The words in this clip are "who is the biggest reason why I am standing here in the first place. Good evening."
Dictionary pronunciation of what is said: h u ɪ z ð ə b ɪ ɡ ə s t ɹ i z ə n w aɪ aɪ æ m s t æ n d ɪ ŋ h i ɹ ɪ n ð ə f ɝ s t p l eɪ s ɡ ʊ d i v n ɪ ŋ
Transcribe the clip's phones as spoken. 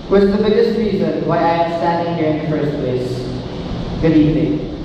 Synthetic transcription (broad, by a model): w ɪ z ð ə b ɪ ɡ ə s t ɹ i z ə n w aɪ aɪ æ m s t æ d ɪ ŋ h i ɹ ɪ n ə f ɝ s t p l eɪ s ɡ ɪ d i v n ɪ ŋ